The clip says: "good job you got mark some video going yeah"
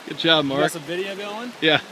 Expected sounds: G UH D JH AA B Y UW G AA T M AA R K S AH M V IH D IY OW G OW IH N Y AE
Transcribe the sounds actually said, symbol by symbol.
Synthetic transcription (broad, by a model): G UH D CH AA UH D M AA R K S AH V IH D IY OW G OW IH N Y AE